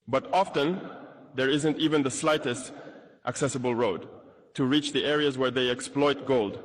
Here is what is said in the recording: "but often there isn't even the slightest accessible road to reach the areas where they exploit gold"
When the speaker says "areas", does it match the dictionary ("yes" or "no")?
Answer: yes